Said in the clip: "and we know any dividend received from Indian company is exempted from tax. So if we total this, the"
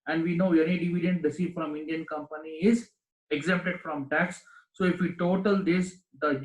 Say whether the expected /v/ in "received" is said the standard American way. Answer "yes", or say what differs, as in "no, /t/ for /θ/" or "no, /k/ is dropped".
no, /f/ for /v/